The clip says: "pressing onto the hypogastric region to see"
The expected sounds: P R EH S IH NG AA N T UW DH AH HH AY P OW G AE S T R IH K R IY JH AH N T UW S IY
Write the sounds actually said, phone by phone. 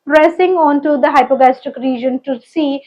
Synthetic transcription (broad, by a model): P R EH S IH NG AA N T UW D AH HH AY P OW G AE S T IH K R IY JH AH N T UW S IY